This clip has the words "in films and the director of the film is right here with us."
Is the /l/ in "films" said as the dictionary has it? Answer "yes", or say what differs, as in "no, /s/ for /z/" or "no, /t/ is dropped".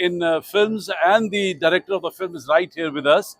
yes